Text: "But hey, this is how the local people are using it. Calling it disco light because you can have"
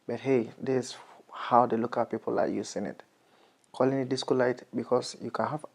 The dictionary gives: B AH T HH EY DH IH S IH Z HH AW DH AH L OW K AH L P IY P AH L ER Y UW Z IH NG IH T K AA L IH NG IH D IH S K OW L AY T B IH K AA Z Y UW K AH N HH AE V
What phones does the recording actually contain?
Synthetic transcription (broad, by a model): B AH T HH EY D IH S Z HH AW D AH L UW K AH P IY P AH L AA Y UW S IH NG IH T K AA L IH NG IH D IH S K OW L AY T B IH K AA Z Y UW K AH N HH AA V